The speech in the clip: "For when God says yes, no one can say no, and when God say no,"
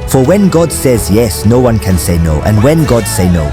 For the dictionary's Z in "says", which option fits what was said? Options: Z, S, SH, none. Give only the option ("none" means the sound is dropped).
Z